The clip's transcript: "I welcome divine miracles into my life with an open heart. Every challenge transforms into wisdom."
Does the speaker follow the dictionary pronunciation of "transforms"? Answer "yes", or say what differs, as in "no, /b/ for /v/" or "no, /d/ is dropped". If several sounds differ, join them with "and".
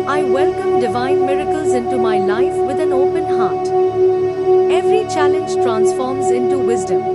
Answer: yes